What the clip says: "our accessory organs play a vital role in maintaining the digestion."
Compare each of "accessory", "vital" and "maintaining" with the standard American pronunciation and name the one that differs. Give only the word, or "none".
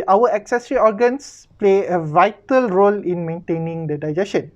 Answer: none